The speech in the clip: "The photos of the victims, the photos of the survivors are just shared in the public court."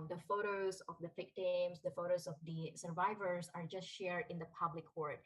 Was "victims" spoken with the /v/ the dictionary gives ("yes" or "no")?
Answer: no